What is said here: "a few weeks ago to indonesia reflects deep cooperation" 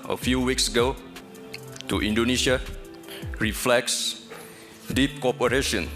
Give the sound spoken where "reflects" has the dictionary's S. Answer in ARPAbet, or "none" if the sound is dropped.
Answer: S